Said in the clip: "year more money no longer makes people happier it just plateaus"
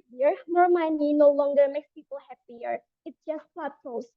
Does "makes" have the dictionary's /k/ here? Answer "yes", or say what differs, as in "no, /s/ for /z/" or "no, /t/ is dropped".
yes